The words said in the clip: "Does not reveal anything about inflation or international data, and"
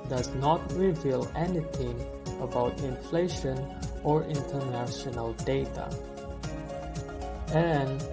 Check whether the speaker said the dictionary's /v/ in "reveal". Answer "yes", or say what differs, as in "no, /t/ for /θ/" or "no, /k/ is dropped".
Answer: yes